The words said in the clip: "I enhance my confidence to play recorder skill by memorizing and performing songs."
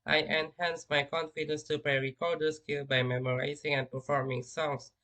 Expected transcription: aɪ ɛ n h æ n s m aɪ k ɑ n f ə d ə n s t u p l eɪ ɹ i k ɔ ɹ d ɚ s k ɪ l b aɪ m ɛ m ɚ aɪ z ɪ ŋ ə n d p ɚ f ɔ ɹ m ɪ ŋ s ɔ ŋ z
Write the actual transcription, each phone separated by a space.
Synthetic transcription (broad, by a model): aɪ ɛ n h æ n s m aɪ k ɑ n f ə d ə n s t u p eɪ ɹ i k ɔ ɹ d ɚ s k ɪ l b aɪ m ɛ m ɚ aɪ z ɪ ŋ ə n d p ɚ f ɔ ɹ m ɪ ŋ s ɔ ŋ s